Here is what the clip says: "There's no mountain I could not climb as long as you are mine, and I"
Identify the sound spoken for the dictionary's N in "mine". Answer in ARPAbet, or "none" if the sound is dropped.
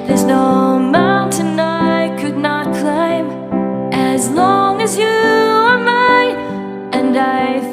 none